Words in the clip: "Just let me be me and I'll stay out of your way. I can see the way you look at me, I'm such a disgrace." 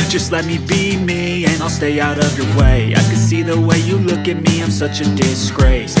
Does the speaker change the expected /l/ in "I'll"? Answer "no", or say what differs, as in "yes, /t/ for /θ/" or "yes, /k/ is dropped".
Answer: no